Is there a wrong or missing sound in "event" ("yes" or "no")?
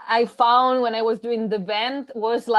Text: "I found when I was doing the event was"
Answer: yes